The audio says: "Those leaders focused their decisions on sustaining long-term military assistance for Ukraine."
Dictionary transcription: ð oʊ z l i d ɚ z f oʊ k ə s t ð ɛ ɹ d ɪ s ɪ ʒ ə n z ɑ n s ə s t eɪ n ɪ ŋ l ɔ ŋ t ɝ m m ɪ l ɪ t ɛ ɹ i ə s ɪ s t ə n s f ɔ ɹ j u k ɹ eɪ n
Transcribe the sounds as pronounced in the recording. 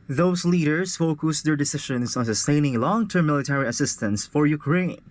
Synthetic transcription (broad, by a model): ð oʊ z l i d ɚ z f oʊ k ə s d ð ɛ ɹ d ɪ s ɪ ʃ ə n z ɑ n s ə s t eɪ n ɪ ŋ l ɔ ŋ t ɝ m m ɪ l ɪ t ɛ ɹ i ə s ɪ s t ə n s f ɔ ɹ j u k ɹ eɪ n